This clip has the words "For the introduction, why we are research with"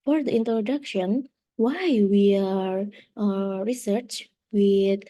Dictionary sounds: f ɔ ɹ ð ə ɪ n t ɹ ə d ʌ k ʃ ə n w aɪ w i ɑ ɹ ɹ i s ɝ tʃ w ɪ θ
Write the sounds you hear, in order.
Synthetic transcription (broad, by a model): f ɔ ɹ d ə ɪ n t ɹ ə d ʌ k ʃ ə n w aɪ w i ɑ ɹ ɹ i s ɝ tʃ w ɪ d